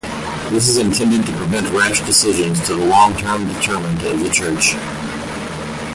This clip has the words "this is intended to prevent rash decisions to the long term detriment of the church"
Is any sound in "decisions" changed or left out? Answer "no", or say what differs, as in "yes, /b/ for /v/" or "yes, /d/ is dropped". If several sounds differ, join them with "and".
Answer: no